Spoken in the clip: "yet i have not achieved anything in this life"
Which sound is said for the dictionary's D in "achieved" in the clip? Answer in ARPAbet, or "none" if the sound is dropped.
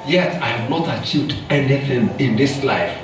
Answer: D